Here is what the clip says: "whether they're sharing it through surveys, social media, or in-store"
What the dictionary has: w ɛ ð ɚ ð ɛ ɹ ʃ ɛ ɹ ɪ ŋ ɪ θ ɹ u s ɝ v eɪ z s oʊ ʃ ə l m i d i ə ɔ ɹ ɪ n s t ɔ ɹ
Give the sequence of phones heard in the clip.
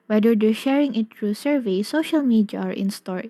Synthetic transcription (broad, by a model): w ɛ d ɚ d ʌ ʃ ɛ ɹ ɪ ŋ ɪ t ɹ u s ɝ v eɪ s oʊ ʃ ə l m i d i ə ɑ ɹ ɪ n s t ɔ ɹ